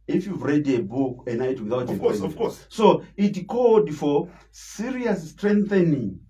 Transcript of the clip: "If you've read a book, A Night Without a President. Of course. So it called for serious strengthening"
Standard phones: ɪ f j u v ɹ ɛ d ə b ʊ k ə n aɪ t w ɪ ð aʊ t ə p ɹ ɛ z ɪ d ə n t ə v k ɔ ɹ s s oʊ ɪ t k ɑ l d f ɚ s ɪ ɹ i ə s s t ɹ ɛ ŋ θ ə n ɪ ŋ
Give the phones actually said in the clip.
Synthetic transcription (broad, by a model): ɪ f j u v ɹ ɛ d ə b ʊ k ə n aɪ t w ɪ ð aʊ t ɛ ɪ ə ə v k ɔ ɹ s s oʊ ɪ t k ɑ l d f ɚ s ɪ ɹ i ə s s t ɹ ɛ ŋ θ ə n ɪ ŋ